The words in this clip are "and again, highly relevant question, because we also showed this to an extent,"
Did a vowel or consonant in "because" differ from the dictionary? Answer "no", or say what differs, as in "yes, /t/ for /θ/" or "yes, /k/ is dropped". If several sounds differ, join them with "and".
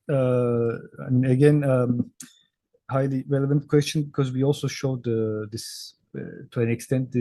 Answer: no